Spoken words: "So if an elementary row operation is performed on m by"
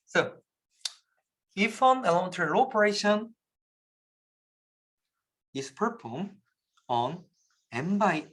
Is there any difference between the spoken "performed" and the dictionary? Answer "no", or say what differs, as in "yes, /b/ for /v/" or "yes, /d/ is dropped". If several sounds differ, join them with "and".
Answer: yes, /d/ is dropped